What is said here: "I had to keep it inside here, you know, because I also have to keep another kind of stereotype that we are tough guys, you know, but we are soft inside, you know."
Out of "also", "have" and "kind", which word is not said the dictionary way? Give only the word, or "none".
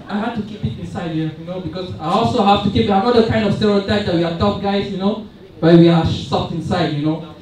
have